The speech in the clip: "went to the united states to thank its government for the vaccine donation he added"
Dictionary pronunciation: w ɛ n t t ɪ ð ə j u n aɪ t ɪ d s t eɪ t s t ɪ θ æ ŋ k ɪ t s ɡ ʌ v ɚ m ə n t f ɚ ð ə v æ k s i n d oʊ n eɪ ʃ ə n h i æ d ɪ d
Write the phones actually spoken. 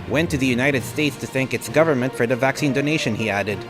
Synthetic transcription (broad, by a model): w ɛ n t t ɪ ð ə j u n aɪ t ɪ d s t eɪ t s t ɪ θ æ ŋ k ɪ t s ɡ ʌ v ɚ m ə n t f ɚ ð ə v æ k s i n d oʊ n eɪ ʃ ə n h i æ d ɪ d